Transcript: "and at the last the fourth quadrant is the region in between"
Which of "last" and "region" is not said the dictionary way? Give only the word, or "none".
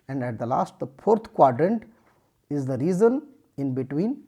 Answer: region